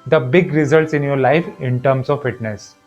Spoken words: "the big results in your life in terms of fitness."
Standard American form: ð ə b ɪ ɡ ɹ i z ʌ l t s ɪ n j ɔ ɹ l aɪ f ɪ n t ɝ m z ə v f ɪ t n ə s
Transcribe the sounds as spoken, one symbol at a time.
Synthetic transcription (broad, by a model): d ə b ɪ ɡ ɹ i z ʌ l t s ɪ n j ɔ ɹ l aɪ f ɪ n t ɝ m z ə v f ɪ t n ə s